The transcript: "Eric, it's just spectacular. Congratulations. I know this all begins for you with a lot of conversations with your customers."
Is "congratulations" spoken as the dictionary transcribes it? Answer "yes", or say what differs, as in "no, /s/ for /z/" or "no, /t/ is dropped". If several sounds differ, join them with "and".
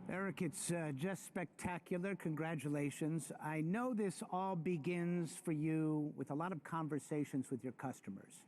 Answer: yes